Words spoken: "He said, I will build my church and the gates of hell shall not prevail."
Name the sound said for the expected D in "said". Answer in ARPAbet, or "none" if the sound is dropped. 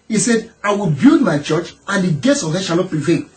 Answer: D